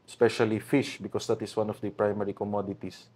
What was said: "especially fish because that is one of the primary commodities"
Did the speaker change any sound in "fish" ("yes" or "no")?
no